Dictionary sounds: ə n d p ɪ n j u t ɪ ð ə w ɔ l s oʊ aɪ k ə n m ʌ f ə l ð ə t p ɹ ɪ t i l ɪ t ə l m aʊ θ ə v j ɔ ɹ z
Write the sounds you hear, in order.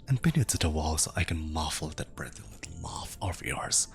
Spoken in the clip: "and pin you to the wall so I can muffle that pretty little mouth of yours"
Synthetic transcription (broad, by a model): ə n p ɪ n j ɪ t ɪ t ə w ɔ l s oʊ aɪ k ə n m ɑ f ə l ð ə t b ɹ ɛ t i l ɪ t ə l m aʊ f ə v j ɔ ɹ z